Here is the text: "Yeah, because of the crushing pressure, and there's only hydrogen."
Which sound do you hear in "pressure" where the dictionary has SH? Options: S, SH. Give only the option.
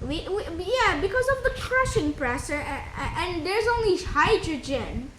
S